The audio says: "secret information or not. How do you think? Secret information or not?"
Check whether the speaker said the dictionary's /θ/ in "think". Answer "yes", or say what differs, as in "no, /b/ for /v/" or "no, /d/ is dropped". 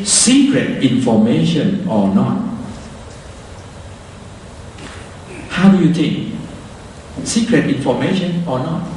no, /t/ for /θ/